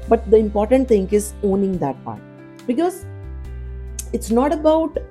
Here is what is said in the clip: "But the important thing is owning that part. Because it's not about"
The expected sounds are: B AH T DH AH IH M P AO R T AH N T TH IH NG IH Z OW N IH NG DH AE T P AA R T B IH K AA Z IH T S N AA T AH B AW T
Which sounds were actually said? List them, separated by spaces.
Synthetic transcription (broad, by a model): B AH T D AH IH M P AO R T AH N T T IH NG IH Z OW N IH NG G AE T P AA R T B IH K AA Z IH T S N AA T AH B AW T